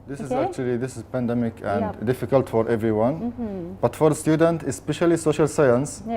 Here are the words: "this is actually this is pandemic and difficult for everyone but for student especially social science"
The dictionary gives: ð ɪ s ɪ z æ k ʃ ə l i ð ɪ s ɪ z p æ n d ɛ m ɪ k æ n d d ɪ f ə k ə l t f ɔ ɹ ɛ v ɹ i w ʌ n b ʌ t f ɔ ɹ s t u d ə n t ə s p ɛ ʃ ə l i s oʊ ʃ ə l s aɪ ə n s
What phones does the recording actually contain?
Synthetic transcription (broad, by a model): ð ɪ s ɪ z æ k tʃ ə l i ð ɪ s ɪ z p æ n d ɛ m ɪ k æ n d d ɪ f ə k ə l t f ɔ ɹ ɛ v ɹ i w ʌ n b ʌ t f ɔ ɹ s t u d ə n t ə s p ɛ ʃ ə l i s oʊ ʃ ə l s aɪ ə n s